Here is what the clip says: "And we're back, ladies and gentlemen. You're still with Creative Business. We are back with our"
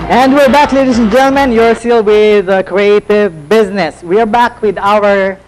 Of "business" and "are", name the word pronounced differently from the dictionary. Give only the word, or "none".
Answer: none